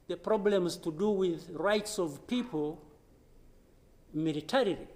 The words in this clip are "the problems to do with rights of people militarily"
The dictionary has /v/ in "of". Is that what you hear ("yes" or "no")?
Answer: yes